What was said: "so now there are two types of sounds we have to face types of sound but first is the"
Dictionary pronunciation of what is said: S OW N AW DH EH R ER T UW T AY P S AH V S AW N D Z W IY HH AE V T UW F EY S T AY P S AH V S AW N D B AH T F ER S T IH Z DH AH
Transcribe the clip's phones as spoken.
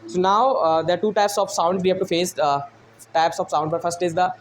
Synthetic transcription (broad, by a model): S OW N AW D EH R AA T UW T AY P S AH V S AW N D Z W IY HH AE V T UW F EY S T AY P S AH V S AW N D B AH T F ER S T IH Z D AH